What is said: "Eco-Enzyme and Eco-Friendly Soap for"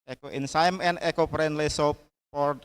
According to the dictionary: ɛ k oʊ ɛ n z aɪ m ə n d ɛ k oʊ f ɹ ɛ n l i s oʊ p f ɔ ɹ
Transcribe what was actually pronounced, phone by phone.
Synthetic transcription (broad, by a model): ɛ k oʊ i n s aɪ m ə n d ɛ k oʊ p ɹ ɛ n l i s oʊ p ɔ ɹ